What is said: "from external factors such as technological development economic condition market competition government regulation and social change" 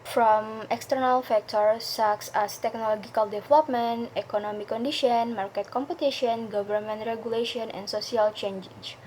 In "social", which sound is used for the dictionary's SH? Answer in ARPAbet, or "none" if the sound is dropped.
S